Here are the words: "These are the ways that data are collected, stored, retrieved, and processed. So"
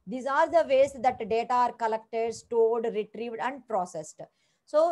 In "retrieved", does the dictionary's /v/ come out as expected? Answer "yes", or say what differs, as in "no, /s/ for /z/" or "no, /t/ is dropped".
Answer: yes